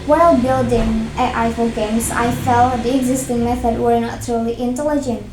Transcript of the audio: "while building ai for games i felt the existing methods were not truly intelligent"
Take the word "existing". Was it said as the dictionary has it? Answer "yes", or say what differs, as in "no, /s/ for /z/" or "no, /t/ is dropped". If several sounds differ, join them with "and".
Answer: yes